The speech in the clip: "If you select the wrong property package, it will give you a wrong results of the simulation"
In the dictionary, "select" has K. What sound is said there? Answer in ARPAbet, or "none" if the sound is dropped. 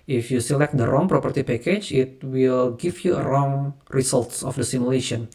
K